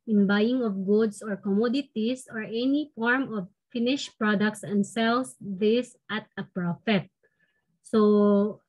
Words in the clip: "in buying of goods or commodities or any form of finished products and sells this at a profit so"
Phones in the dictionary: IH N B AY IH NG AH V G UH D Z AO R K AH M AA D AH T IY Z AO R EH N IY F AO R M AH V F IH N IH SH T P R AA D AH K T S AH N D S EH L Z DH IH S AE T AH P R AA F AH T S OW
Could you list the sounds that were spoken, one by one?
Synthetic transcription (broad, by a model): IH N B AY IH NG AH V G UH D S AO R K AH M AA D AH T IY S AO R EH N IY F AO R M AH V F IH N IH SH P R AA D AH K T S AH N D S EH L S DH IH S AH T AH P R AA F AH T S OW